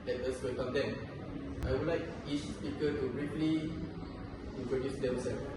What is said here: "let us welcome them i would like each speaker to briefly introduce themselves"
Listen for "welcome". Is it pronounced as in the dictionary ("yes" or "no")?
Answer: no